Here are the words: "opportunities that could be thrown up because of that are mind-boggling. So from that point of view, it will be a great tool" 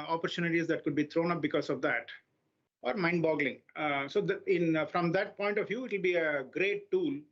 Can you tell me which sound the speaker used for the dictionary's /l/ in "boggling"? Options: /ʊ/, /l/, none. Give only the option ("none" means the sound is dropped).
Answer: /l/